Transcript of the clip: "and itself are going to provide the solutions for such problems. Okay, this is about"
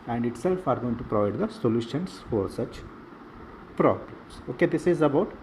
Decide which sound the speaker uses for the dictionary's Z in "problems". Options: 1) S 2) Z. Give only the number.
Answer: 1